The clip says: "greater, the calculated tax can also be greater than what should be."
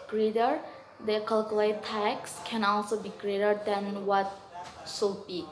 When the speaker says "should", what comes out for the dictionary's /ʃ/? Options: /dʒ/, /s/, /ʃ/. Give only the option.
/s/